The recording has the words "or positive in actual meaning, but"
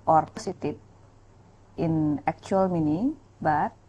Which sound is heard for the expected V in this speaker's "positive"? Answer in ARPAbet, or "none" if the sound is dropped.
P